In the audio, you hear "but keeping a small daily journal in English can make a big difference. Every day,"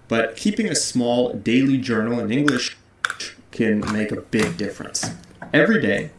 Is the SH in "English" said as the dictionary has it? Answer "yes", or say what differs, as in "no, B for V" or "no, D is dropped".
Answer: yes